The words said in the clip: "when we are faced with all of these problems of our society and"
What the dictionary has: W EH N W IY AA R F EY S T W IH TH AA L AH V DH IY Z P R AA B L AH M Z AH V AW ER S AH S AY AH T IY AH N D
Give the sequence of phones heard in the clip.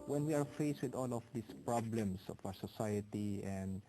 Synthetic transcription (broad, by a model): W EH N W IY AA R F EY S T W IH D AA L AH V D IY S P R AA B L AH M S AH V AW ER S AH S AY AH T IY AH N D